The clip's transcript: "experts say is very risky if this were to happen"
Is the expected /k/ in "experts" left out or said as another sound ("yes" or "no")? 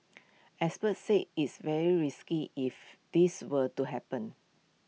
yes